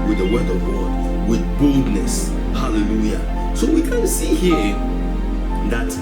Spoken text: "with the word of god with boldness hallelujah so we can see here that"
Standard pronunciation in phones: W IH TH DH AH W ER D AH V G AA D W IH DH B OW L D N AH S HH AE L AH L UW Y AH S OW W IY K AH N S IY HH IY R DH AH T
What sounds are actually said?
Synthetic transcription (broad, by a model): W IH DH AH W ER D AH V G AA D W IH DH B OW L D N AH S HH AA L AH L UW Y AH S OW W IY K AH N S IY HH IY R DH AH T